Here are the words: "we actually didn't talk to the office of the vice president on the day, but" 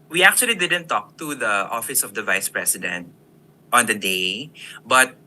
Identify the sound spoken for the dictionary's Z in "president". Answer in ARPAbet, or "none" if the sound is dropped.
S